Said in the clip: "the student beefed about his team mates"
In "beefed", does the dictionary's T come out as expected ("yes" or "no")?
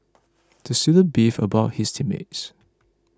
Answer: no